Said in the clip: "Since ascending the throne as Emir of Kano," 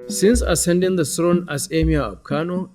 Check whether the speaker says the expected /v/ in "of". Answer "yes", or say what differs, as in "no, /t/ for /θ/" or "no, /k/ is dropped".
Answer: no, /b/ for /v/